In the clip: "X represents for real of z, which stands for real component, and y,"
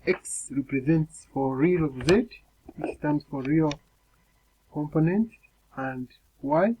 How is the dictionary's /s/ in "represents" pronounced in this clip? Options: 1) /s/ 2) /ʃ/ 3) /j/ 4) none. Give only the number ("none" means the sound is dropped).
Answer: 1